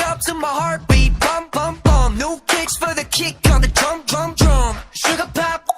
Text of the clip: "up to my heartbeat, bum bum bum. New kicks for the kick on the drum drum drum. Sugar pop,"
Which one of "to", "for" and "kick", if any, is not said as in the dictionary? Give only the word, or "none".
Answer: to